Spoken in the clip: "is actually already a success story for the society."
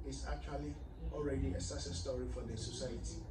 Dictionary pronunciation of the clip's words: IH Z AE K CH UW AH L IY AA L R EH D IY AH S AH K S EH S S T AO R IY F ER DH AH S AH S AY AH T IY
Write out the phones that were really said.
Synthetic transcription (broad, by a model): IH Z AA K CH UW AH L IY AA L R EH D IY AH S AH S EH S S T AO R IY F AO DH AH S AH S AY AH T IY